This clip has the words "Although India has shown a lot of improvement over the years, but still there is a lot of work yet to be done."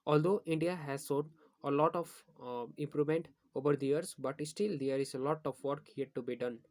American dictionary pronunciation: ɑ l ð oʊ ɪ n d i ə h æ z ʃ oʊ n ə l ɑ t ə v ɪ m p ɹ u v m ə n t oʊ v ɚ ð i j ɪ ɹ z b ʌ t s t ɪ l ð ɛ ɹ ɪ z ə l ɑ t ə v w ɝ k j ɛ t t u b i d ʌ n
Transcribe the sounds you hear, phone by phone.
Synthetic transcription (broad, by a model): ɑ l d oʊ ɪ n d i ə h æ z s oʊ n ə l ɑ t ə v ɪ m p ɹ u v m ə n t oʊ v ɚ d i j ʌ ɹ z b ʌ t s t ɪ l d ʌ ɹ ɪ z ə l ɑ t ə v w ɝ k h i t t u b i d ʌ n